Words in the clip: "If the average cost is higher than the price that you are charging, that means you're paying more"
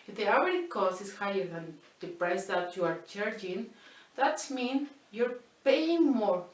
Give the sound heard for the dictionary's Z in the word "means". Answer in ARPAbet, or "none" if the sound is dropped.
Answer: none